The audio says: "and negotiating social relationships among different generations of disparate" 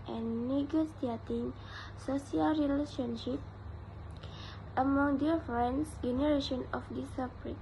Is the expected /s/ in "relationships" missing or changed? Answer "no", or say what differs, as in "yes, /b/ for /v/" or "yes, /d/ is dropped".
yes, /s/ is dropped